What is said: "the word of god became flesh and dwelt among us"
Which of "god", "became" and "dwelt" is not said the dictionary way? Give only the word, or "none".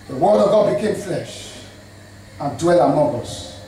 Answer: dwelt